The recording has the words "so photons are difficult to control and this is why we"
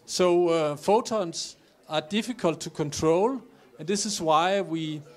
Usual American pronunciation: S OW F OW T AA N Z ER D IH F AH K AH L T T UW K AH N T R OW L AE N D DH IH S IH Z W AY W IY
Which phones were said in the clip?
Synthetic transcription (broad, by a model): S OW F OW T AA N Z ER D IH F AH K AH L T T UW K AH N T R OW L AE N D DH IH S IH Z W AY W IY